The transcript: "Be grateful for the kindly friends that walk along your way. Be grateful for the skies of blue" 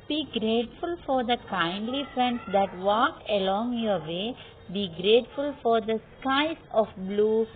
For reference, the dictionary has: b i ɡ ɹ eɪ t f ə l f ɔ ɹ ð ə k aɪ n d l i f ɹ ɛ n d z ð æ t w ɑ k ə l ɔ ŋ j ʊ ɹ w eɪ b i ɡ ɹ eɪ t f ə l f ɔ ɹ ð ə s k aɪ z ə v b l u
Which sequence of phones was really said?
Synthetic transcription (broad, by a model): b i ɡ ɹ eɪ t f ə l f ɔ ɹ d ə k aɪ n d l i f ɹ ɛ n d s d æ t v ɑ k ə l ɔ ŋ j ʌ ɹ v eɪ b i ɡ ɹ eɪ t f ə l f ɔ ɹ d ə s k aɪ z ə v b l u